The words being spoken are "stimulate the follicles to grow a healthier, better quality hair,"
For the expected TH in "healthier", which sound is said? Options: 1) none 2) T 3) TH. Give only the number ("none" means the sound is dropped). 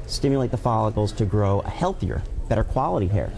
3